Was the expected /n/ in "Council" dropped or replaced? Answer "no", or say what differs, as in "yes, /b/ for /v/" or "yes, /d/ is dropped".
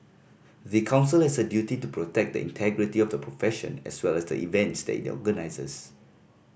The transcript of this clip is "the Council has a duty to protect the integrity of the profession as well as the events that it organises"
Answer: no